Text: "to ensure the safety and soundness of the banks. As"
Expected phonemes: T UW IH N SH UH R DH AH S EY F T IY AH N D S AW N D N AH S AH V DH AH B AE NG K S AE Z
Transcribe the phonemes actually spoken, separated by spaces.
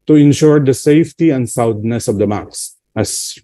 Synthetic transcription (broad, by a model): T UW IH N SH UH R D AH S EY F T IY AH N D S AW D N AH S AH V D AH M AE K S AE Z